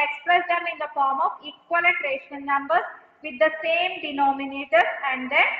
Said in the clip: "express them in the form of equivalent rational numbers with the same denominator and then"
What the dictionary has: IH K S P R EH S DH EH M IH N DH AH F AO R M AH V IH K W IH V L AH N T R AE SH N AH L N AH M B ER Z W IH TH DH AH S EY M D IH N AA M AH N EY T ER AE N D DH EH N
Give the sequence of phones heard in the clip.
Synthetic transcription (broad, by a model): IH K S P R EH S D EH M IH N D AH F AO R M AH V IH K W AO L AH T R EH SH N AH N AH M B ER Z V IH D AH S EY M D IH N AA M AH N EY T ER AE N D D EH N